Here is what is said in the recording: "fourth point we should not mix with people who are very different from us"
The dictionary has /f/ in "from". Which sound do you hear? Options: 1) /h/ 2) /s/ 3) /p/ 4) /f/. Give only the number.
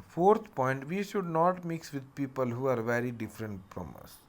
3